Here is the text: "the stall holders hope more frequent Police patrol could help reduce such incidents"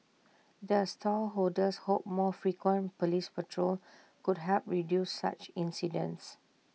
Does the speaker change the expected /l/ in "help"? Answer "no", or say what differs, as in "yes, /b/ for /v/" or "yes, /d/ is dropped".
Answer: yes, /l/ is dropped